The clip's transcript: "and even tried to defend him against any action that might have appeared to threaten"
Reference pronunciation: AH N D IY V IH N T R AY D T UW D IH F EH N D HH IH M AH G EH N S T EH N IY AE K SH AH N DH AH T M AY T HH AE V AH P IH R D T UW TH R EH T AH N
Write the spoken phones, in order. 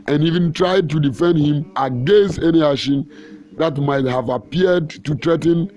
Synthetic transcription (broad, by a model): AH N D IY V IH N T R AY D T UW D IH F EH N D HH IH M AH G EH N S T EH N IY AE SH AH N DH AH T M AY T HH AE V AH P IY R D T UW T R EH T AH N